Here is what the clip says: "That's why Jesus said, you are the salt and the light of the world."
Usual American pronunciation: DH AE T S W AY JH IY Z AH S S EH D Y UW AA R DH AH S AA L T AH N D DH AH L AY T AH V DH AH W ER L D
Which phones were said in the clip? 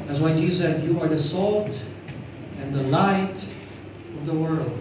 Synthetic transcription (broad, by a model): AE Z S W AY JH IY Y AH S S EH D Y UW AA R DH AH S AA L T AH N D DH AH L AY T AH V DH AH W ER L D